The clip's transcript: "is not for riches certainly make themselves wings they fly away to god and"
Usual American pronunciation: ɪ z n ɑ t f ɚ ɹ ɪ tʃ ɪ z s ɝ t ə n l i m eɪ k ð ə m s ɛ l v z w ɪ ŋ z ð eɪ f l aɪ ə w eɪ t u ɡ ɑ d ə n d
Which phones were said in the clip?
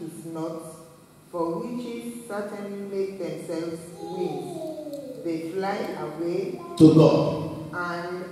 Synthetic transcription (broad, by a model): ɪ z n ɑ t f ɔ w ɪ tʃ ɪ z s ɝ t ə n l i m eɪ k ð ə m s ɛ l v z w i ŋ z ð eɪ f l aɪ ə w eɪ t u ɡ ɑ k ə n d